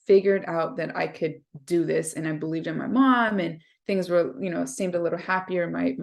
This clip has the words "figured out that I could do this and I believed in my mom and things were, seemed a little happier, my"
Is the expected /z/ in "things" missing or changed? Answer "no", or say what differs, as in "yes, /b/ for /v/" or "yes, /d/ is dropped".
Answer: no